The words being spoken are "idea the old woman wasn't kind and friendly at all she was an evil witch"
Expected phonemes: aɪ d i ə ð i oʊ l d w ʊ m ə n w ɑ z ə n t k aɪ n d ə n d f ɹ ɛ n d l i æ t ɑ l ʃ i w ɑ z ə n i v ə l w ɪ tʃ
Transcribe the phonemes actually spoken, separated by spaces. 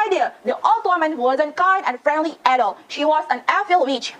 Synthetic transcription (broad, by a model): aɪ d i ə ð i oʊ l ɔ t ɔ m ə n w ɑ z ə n k aɪ n d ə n f ɹ ɛ n d l i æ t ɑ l ʃ i w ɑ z ə n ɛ f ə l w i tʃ